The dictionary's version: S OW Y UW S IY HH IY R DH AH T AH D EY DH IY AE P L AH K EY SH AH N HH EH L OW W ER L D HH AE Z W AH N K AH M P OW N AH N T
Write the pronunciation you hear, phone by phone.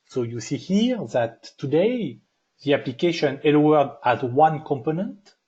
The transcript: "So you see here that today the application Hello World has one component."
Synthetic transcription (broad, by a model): S OW Y UW S IY HH IY R DH AH T AH D EY DH IY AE P L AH K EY SH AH N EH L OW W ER D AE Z W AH N K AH M P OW N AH N T